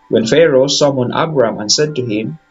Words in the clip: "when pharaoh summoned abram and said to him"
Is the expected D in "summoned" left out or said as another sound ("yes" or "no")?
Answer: yes